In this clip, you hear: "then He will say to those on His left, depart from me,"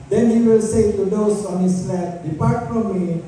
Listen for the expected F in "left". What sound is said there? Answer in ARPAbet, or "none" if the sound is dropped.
none